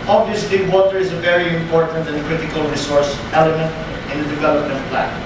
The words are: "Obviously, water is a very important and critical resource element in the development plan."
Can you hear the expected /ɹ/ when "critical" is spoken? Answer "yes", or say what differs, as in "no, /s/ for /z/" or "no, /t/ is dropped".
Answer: yes